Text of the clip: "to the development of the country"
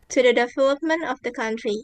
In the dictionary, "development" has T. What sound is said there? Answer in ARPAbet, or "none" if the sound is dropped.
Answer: T